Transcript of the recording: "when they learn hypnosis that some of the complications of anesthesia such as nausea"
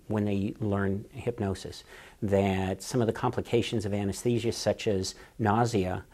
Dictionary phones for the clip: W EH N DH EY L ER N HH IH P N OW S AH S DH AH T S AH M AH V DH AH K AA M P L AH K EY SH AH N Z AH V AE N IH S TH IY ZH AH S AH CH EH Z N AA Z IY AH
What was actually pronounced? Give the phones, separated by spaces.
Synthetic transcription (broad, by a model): W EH N DH EY L ER N HH IH P N OW S AH S DH AH T S AH M AH V DH AH K AA M P L AH K EY SH AH N Z AH V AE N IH S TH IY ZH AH S AH CH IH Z N AA Z IY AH